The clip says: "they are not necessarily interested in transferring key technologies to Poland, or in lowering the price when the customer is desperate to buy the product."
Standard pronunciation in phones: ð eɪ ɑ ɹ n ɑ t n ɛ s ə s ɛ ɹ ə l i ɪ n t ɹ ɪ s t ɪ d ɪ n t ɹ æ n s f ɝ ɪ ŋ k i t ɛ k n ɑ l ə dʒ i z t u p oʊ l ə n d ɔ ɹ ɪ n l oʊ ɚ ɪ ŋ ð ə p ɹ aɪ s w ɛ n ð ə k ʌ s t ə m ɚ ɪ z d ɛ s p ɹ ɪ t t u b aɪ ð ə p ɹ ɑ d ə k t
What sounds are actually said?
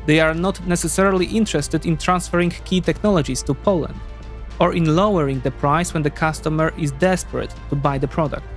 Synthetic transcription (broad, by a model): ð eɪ ɑ ɹ n ɑ t n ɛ s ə s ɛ ɹ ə l i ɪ n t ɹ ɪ s t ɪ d ɪ n t ɹ æ n s f ɝ ɪ ŋ k i t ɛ k n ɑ l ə dʒ i s t u p oʊ l ə n d ɔ ɹ ɪ n l oʊ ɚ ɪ ŋ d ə p ɹ aɪ s w ɛ n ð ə k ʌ s t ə m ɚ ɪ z d ɛ s p ɹ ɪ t t u b aɪ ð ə p ɹ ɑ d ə k t